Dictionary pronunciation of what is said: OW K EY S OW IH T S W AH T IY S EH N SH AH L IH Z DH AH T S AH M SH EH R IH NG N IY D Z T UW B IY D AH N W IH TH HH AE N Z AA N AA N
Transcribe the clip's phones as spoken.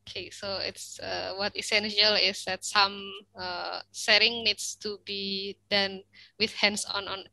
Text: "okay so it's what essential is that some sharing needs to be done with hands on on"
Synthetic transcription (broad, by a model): K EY S OW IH T S W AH T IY S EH N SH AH L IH S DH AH T S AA M S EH R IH NG N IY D S T UW B IY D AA N W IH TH HH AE N S AA N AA N